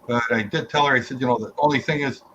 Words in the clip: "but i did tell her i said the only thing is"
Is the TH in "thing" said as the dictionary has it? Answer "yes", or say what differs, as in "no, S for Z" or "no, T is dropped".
yes